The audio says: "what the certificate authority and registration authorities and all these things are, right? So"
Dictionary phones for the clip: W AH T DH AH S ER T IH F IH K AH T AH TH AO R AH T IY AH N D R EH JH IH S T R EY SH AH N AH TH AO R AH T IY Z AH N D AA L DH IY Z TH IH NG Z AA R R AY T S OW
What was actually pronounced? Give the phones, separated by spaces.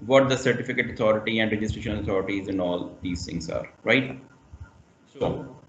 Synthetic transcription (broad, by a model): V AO T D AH S ER T IH F IH K AH T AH T AO R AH T IY AH N D R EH JH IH S T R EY SH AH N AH T AO R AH T IY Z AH N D AA L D IY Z T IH NG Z AA R R AY T S OW